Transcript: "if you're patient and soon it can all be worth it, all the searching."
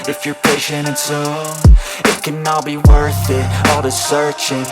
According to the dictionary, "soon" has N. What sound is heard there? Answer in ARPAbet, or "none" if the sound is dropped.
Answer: none